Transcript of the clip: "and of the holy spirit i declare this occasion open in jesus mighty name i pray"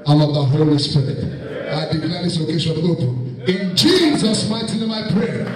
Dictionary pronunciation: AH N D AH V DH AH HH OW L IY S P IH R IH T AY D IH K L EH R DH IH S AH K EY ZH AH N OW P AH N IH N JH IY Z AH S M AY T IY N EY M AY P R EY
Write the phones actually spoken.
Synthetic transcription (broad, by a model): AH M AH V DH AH HH OW L IY S P IH R IH T AY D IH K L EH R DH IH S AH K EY SH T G OW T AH IH N JH IY Z AH S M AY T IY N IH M AY P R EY